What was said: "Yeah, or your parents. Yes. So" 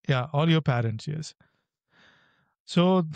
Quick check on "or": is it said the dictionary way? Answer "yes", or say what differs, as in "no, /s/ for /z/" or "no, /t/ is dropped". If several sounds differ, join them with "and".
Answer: no, /l/ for /ɹ/